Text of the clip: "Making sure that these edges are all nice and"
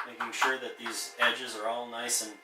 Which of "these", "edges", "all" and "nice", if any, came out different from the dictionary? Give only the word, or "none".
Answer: none